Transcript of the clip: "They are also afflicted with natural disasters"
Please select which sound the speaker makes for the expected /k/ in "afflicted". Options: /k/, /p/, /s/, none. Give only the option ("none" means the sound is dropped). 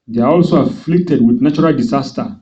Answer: /k/